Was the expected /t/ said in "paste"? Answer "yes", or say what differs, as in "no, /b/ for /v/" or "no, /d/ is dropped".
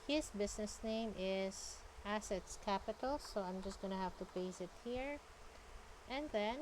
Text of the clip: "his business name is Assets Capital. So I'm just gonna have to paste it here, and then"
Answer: no, /t/ is dropped